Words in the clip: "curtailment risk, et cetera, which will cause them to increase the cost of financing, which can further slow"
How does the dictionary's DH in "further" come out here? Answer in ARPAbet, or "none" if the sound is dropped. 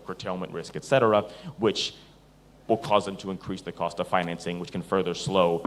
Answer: DH